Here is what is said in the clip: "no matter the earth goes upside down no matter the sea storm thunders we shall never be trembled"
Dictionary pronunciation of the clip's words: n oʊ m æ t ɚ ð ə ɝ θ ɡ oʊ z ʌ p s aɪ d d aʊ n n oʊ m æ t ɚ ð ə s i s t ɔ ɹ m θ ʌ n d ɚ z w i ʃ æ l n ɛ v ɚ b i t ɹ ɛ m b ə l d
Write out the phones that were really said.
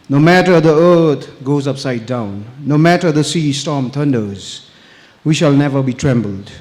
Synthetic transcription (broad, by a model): n oʊ m æ t ɚ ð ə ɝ t ɡ oʊ z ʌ p s aɪ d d aʊ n n oʊ m æ t ɚ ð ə s i s t ɔ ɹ m t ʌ n d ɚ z w i ʃ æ l n ɛ v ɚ b i t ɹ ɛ m b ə l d